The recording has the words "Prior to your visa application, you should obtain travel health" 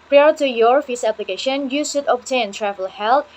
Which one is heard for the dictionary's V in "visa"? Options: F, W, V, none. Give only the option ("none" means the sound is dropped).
F